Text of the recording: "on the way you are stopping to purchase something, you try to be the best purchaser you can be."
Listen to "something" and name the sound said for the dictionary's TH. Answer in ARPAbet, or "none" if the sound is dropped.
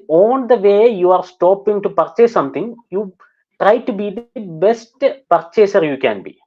T